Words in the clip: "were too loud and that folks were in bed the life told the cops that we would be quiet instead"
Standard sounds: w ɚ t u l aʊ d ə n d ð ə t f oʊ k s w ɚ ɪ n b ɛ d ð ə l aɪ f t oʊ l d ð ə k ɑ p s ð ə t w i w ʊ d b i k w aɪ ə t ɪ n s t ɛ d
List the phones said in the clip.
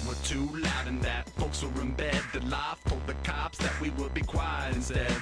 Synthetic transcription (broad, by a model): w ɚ t u l aʊ d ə n ð ə t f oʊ k s w ɚ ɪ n b ɛ d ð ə l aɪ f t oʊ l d ð ə k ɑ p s ð ə t w i w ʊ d b i k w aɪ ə ɪ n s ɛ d